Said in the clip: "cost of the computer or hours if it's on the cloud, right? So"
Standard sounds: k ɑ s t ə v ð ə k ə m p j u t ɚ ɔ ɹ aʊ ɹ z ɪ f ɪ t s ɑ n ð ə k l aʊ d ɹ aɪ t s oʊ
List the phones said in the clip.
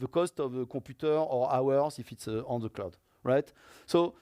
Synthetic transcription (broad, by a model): k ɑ s t ə v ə k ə p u t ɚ ɔ ɹ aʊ ɹ s ɪ f ɪ t s ɑ n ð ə k l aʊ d ɹ aɪ t s oʊ